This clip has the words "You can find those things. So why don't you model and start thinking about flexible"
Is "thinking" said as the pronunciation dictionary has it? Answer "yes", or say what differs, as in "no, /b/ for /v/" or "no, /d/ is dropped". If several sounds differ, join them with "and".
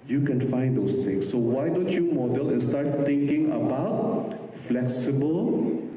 no, /t/ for /θ/